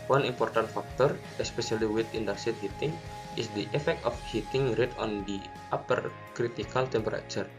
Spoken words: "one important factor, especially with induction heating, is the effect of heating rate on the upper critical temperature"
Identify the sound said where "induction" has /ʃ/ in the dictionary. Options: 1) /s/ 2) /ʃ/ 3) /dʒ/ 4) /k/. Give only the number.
1